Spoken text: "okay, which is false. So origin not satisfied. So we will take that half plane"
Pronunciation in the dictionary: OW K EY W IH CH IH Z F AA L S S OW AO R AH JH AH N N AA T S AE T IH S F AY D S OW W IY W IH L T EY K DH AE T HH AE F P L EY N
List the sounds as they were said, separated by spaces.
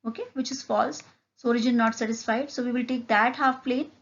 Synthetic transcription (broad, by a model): OW K EY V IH CH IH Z F AA L S S OW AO R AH JH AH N N AA T S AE T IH S F AY D S OW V IY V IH L T EY K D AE T HH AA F P L EY N